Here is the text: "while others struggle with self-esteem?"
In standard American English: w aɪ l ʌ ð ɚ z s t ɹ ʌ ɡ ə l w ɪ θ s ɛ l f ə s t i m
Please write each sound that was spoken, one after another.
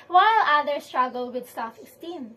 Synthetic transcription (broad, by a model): w aɪ l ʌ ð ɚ s t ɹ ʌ ɡ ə l w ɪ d s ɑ f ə s t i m